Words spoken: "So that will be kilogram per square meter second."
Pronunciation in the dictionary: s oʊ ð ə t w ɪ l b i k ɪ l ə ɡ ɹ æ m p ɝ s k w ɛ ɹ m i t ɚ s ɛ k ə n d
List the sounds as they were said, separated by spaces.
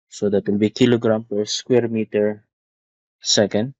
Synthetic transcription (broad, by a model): s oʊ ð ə t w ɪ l b i k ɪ l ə ɡ ɹ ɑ m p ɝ s k w ɛ ɹ m i t ɚ s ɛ k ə n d